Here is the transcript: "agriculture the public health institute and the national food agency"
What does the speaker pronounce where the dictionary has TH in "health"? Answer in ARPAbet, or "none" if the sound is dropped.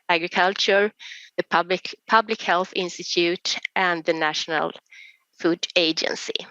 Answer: TH